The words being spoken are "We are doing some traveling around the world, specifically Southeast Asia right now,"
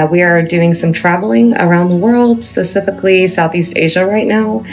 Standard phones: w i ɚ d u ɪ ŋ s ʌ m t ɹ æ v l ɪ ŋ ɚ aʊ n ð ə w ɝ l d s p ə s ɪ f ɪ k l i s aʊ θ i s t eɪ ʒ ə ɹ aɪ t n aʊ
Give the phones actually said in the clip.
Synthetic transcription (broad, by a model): w i ɚ d u ɪ ŋ s ʌ m t ɹ æ v l ɪ ŋ ɚ aʊ n ð ə w ɝ l d s p ə s ɪ f ɪ k l i s aʊ θ i s t eɪ ʒ ə ɹ aɪ t n aʊ